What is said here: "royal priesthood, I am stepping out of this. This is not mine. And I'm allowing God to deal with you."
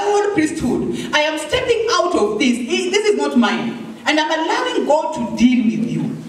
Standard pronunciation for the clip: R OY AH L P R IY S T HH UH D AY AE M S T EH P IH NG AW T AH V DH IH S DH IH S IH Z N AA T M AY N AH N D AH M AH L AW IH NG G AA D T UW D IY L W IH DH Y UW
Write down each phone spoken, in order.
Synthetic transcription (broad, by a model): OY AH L P R IY S T HH UH D AY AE M S T EH P IH NG AW T AH V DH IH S DH IH S IH Z N AA T M AY N AH N D AH M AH L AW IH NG G AA D T UW D IY L W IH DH Y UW